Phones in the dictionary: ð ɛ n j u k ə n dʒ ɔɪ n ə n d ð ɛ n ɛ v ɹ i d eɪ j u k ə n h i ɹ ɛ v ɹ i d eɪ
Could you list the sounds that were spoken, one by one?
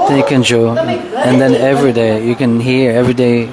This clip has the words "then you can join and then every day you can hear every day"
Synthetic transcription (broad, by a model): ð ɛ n j u k ə n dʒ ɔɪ ə n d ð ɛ n ɛ v ɹ i d eɪ j u k ə n h i ɹ ɛ v ɹ i d eɪ